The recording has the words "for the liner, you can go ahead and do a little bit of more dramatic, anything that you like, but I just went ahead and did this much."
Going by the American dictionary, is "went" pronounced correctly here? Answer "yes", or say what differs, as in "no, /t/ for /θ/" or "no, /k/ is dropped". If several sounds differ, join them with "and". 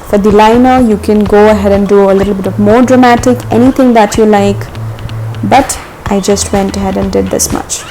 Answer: yes